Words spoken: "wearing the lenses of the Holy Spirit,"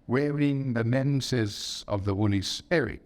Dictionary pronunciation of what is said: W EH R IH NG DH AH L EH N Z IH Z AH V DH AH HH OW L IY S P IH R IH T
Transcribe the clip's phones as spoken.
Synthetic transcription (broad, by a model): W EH R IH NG DH AH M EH N S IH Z AH V DH AH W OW N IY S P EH R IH